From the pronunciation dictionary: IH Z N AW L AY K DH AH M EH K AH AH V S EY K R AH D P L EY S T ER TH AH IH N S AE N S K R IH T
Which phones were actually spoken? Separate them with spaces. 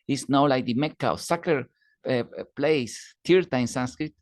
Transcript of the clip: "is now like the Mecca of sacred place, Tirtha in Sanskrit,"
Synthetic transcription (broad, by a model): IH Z N AW L AY K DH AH M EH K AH W S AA K AH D P L EY S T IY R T IH N S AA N S K R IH T